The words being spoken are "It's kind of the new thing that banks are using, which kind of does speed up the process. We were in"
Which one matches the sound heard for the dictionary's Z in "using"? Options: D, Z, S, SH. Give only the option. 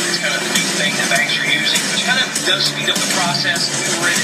Z